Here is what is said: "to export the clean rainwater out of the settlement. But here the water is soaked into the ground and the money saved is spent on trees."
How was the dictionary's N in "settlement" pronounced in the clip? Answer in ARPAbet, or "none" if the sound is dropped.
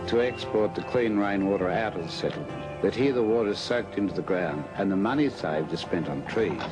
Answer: none